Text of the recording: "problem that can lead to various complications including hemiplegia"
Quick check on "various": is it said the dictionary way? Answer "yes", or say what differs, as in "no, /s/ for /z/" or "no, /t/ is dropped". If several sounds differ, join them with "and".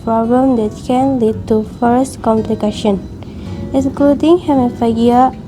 no, /f/ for /v/